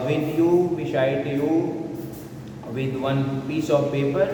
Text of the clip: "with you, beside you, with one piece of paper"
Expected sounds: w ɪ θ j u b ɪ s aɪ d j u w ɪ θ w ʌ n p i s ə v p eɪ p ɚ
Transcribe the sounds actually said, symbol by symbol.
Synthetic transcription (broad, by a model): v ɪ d j u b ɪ ʃ aɪ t j u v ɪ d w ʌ n p i s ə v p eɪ p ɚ